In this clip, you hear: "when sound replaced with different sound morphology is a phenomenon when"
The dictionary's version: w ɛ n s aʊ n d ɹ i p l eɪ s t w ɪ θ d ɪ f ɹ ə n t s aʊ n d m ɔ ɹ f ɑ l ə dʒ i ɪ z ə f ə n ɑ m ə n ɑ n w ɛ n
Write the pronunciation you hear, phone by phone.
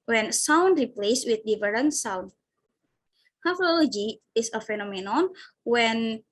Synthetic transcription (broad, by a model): w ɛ n s aʊ n d ɹ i p l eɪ s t w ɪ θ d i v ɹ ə n s aʊ n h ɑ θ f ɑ l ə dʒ i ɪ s ə f ə n ɑ m ə n ɑ n w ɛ n